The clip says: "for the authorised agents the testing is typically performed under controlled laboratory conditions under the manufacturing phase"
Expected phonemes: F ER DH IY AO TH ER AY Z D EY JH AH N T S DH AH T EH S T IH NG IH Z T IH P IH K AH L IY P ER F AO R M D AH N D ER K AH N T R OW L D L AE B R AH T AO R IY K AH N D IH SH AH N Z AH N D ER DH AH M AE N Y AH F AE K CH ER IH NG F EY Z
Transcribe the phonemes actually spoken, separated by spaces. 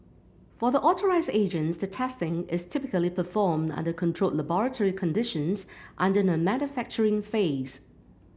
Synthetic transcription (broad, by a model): F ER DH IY AO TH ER AY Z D EY JH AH N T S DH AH T EH S T IH NG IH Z T IH P IH K AH L IY P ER F AO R M D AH N D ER K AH N T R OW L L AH B R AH T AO R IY K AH N D IH SH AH N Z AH N D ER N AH M AE N Y AH F AE K CH ER IH NG F EY Z